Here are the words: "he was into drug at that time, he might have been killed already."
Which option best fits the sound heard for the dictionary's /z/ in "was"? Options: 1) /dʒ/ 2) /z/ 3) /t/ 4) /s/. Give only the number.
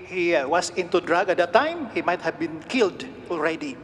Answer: 4